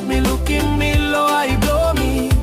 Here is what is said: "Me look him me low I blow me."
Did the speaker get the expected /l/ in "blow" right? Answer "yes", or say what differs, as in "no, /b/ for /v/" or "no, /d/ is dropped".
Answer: no, /l/ is dropped